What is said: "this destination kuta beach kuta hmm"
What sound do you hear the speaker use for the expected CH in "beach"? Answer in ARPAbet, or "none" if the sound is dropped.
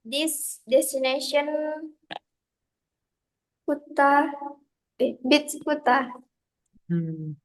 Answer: S